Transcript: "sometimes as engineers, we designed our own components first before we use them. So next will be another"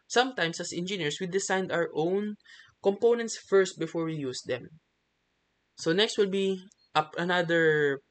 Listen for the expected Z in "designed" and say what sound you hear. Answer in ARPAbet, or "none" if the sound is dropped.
S